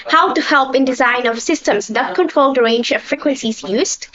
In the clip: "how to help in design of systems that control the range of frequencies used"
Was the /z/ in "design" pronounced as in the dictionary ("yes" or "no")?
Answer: yes